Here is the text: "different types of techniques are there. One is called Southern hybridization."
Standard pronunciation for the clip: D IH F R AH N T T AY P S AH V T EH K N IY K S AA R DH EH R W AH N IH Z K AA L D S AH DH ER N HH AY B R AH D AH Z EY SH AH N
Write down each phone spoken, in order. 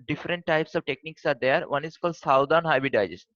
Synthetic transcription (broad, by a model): D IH F R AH N T T AY P S AH V T EH K N IY K S AA R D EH R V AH N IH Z K AA L D S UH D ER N HH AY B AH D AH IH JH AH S